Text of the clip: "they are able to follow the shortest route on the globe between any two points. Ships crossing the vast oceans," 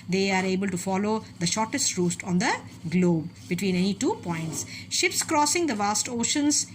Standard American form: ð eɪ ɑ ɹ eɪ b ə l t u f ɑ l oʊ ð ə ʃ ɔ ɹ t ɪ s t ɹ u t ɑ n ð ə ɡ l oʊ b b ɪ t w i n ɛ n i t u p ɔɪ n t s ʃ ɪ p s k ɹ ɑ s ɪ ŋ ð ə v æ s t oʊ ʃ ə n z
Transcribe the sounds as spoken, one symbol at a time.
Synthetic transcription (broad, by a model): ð eɪ ɑ ɹ eɪ b ə l t u f ɑ l oʊ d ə ʃ ɔ ɹ t ɪ s t ɹ u t ɑ n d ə ɡ l oʊ b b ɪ t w i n ɛ n i t u p ɔɪ n t s ʃ ɪ p s k ɹ ɑ s ɪ ŋ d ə v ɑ s t oʊ ʃ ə n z